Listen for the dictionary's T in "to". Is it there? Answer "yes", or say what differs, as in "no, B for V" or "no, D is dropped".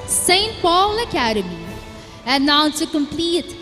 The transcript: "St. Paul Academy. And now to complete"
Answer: no, S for T